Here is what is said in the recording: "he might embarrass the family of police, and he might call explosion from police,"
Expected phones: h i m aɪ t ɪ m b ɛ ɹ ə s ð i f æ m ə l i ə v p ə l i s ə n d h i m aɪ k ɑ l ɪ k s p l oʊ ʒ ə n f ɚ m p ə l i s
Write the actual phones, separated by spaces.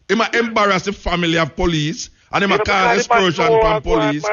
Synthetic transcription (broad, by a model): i m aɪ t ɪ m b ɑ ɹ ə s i f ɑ m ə l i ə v p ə l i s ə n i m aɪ k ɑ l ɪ s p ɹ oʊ ʃ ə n p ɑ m p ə l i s